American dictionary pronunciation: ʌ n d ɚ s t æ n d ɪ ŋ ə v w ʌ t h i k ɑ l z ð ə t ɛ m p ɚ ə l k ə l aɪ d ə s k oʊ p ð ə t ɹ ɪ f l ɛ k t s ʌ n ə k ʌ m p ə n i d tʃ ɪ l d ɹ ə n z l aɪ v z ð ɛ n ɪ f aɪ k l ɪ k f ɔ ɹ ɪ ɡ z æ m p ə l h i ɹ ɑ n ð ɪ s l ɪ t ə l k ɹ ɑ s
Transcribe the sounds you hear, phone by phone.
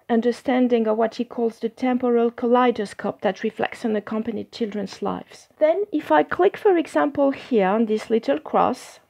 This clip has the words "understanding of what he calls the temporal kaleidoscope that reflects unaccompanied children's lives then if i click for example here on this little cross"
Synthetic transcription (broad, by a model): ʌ n d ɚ s t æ n d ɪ ŋ ə v w ʌ t h i k ɑ l z ð ə t ɛ m p ɚ ə l k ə l aɪ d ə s k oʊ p ð ə t ɹ ɪ f l ɛ k t s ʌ n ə k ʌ m p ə n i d tʃ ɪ l d ɹ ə n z l aɪ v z ð ɛ n ɪ f aɪ k l ɪ k f ɔ ɹ ɪ ɡ z æ m p ə l h i ɹ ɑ n ð ɪ s l ɪ t ə l k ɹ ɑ s